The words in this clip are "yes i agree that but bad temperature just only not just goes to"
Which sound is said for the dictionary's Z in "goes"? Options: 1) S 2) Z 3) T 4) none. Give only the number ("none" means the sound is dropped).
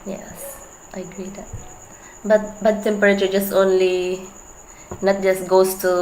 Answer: 1